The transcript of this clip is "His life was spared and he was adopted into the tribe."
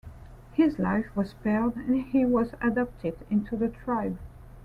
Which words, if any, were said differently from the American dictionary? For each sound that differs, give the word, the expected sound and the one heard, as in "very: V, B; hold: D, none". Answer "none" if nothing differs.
none